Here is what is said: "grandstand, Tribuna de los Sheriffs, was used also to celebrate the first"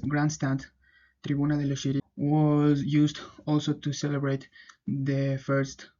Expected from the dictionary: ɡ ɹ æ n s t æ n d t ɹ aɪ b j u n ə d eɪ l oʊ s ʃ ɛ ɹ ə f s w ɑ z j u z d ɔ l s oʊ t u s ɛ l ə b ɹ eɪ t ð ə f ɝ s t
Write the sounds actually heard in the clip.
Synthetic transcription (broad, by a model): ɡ ɹ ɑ n s t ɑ n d t ɹ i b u n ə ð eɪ l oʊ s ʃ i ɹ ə w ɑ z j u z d ɔ l s oʊ t u s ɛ l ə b ɹ eɪ t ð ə f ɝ s t